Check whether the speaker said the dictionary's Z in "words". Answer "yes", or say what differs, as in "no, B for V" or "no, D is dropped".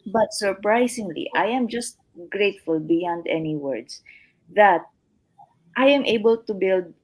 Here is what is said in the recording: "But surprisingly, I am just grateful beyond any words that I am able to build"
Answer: no, S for Z